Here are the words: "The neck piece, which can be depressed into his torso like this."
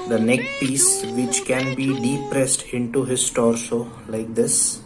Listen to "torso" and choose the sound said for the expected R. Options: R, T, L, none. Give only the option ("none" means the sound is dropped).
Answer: R